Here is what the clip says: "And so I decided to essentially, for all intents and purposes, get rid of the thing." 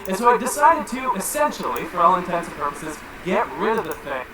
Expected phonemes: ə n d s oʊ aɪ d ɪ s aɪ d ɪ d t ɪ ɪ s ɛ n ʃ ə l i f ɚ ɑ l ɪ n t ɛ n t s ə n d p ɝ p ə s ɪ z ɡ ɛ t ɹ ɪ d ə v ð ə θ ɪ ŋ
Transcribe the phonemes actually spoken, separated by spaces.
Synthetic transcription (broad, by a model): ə n s oʊ aɪ d ɪ s aɪ d ɪ d t ɪ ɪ s ɛ n ʃ l i f ɚ ɑ l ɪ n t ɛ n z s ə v p ɝ p ə s ɪ z ɡ ɛ t ɹ ɪ d ə v ð ə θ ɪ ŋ